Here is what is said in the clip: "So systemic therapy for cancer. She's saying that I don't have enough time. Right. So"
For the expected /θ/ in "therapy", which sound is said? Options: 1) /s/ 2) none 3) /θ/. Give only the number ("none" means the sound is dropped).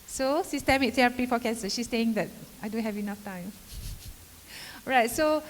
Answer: 1